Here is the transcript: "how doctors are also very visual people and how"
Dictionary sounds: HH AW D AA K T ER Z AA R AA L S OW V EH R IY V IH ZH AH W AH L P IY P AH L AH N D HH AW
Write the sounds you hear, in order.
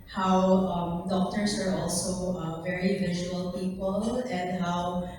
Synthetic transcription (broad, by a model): HH AW D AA K T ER S AA R AA L S OW V EH R IY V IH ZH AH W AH L P IY P AH L AH N D HH AW